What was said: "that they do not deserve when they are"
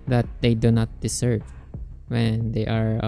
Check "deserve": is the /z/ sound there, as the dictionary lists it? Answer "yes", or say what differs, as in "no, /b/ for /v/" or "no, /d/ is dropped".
no, /s/ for /z/